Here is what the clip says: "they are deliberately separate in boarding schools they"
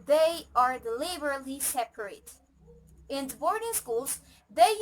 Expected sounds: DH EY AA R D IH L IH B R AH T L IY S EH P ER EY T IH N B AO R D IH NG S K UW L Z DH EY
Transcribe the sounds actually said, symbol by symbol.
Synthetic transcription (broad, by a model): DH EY AA R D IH L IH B AH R L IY S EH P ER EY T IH N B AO R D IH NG S K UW L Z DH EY